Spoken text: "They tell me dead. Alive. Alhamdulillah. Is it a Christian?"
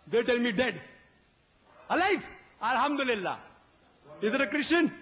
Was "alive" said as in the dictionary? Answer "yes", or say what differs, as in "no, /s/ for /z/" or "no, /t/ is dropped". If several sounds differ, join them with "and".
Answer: no, /f/ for /v/